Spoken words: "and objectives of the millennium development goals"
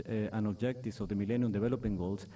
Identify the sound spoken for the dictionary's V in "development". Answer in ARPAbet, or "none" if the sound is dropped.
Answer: B